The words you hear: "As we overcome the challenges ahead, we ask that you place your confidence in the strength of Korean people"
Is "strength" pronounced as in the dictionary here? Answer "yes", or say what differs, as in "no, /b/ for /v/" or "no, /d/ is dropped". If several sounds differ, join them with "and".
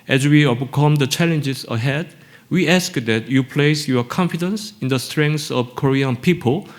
no, /s/ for /θ/